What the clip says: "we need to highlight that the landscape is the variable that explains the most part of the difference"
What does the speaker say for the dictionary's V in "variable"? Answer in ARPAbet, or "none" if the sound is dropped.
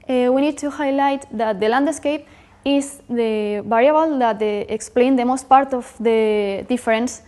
B